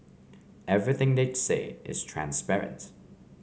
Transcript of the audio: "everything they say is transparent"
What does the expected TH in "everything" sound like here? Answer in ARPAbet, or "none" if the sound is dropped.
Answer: TH